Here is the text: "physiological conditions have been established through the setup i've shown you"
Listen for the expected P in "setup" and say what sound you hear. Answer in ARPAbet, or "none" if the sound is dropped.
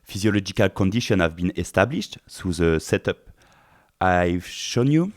P